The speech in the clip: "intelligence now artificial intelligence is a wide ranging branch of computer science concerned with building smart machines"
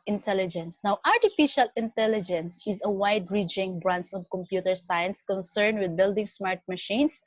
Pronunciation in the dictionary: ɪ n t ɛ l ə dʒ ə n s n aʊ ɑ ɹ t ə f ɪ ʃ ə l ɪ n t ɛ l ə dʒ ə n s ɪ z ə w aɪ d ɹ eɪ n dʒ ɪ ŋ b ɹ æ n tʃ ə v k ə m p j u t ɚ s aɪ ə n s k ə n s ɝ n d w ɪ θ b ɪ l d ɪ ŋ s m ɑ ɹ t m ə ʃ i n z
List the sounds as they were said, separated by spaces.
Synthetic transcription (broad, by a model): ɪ n t ɛ l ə dʒ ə n s n aʊ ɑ ɹ t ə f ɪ ʃ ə l ɪ n t ɛ l ə dʒ ə n s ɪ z ə w aɪ d ɹ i dʒ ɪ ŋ b ɹ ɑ n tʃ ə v k ə m p j u t ɚ s aɪ ə n s k ə n s ɝ n d w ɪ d b ɪ l d ɪ ŋ s m ɑ ɹ t m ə ʃ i n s